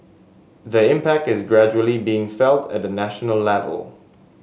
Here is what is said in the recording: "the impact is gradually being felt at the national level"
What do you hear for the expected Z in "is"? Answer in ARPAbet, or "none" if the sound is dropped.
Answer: Z